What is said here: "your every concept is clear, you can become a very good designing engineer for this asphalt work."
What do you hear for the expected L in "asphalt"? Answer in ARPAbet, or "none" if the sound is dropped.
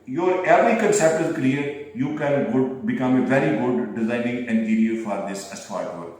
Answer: none